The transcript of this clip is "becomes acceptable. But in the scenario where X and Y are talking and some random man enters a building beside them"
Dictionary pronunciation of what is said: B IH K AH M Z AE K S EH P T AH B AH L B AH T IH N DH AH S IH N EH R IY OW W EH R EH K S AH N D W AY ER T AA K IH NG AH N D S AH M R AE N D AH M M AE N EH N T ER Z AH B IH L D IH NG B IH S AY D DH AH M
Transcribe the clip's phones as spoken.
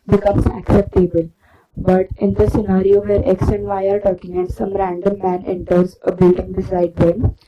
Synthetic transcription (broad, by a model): B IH K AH M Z AE K S EH P T AH B AH L B AH T IH N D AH S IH N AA R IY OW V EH R EH K S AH N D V AY ER T AA K IH NG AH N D S AH M R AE N D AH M M AE N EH N T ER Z AH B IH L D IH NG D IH S AY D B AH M